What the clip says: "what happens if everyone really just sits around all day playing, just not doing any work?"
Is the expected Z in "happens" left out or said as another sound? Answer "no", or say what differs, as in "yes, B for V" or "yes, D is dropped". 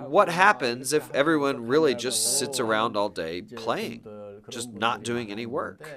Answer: no